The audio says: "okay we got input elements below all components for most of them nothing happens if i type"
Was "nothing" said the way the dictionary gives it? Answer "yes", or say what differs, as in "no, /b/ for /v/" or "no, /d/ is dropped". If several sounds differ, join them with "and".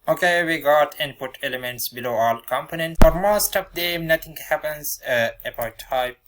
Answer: no, /t/ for /θ/